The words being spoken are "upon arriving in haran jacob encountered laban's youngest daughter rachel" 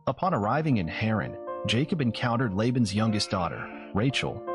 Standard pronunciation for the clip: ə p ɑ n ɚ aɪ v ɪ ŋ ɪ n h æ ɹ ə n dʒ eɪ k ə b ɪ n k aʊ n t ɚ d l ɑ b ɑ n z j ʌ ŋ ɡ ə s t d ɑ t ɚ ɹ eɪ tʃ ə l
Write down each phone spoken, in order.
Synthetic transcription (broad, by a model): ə p ɑ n ɚ aɪ v ɪ ŋ ɪ n h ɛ ɹ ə n dʒ eɪ k ə b ɪ n k aʊ n t ɚ d l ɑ b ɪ n z j ʌ ŋ ɡ ə s t d ɑ t ɚ ɹ eɪ tʃ l